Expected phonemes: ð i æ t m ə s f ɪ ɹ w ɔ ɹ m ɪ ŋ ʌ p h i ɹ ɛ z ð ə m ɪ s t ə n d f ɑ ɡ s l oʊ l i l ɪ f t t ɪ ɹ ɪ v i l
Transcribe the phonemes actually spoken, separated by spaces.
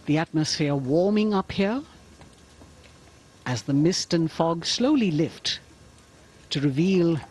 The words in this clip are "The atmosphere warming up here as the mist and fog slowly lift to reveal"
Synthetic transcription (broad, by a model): ð i æ t m ə s f ɪ ɹ w ɔ ɹ m ɪ ŋ ʌ p h i ɹ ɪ z ð ə m ɪ s t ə n f ɑ ɡ s l oʊ l i l ɪ f t t ɪ ɹ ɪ v i l